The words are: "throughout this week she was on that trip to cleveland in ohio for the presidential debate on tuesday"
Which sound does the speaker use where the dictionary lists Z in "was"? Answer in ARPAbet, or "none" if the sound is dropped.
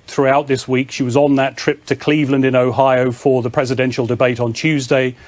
Z